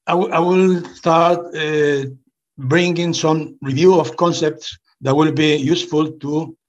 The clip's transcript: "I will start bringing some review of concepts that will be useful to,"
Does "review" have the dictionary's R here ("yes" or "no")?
yes